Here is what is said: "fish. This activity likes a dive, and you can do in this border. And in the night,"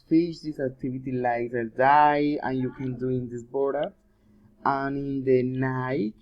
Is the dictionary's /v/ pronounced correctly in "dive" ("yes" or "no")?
no